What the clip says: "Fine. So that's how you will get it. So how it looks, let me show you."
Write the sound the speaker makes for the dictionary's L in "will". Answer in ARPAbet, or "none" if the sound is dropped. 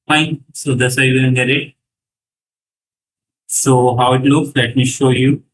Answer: N